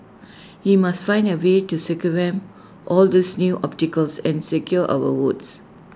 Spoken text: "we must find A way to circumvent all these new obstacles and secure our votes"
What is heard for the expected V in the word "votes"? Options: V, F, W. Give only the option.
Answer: W